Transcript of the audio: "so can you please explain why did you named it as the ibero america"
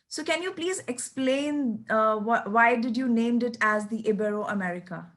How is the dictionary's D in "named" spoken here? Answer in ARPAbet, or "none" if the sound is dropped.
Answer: D